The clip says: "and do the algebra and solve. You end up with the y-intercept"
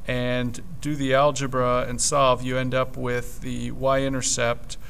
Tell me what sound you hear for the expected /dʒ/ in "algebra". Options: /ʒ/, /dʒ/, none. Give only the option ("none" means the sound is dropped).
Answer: /dʒ/